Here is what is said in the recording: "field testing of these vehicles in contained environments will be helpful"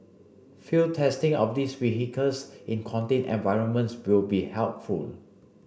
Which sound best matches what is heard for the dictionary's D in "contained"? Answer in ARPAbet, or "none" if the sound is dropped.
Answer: none